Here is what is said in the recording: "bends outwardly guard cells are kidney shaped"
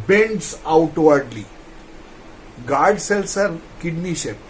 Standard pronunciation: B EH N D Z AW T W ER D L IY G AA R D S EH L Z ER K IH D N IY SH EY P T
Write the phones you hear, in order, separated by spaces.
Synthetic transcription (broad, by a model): B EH N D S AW T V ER D L IY G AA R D S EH L S ER K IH D N IY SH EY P